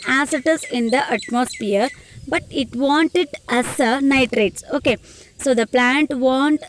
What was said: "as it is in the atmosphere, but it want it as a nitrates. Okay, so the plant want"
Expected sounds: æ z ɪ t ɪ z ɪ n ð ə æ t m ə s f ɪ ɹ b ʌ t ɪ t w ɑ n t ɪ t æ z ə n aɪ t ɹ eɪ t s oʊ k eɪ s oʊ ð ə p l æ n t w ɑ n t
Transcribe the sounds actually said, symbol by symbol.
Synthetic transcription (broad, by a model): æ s ɪ t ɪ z ɪ n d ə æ t m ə s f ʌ ɹ b ʌ t ɪ t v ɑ n t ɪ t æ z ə n aɪ t ɹ eɪ t s oʊ k eɪ s oʊ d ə p l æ n t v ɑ n t